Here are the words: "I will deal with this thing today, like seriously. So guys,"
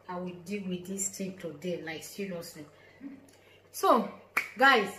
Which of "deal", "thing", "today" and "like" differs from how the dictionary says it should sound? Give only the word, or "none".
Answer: thing